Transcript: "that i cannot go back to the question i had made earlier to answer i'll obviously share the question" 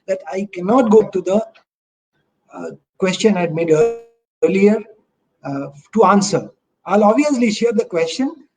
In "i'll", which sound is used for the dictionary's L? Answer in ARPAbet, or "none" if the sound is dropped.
L